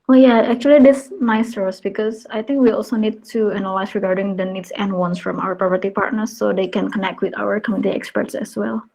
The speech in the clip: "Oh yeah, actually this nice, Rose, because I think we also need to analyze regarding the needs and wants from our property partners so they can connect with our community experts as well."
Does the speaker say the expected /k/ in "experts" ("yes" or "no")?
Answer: yes